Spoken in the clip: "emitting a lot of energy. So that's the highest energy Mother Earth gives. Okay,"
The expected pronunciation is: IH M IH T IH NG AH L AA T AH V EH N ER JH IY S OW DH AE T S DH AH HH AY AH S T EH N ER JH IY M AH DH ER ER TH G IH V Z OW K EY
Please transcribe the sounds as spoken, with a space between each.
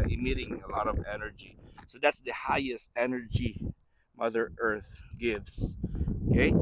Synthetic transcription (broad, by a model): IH M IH T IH NG AH L AA T AH V EH N ER JH IY S OW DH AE T S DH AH HH AY AH S T EH N ER JH IY M AH DH ER ER TH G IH V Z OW K EY